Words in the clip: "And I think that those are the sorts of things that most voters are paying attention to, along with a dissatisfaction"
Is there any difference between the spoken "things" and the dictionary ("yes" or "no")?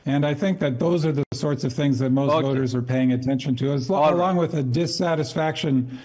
no